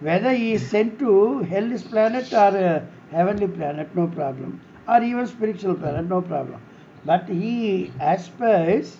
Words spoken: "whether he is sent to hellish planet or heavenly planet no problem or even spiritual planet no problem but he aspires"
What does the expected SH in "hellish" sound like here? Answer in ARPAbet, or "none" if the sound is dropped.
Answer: S